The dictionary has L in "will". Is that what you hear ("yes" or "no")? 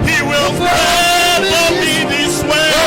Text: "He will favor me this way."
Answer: yes